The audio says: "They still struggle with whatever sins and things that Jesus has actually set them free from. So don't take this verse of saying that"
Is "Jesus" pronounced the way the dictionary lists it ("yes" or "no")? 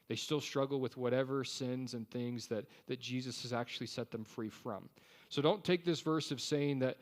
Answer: yes